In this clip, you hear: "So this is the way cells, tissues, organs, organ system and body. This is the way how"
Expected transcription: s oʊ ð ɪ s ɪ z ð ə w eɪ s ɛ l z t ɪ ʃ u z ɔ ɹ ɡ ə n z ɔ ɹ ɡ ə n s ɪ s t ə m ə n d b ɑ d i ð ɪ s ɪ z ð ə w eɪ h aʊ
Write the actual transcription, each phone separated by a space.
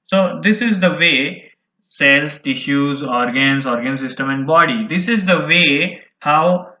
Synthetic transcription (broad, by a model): s oʊ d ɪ s ɪ z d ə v eɪ s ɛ l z t ɪ ʃ u z ɔ ɹ ɡ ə n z ɔ ɹ ɡ ə n s ɪ s t ə m ə n d b ɑ d i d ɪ s ɪ z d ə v eɪ h aʊ